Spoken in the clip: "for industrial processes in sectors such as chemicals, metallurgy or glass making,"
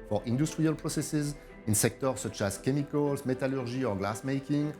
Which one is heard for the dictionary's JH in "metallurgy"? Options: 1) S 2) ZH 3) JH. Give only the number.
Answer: 2